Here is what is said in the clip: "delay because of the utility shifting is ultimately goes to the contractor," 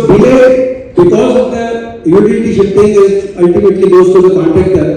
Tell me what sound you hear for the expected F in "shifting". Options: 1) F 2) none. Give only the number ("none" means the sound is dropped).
2